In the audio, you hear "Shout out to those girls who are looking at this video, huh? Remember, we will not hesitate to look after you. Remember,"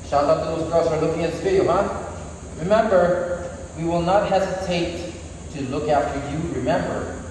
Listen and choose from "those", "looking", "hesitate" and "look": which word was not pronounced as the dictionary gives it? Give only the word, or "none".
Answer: none